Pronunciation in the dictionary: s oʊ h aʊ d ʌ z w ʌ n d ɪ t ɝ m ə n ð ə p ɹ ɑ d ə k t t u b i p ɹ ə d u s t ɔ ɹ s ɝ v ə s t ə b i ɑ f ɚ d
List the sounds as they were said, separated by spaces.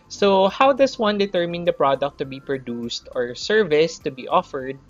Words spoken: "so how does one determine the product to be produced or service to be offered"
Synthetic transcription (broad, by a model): s oʊ h aʊ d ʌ s w ʌ n d ɪ t ɝ m ə n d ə p ɹ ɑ d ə k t t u b i p ɹ ə d u s t ɔ ɹ s ɝ v ə s t ə b i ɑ f ɚ d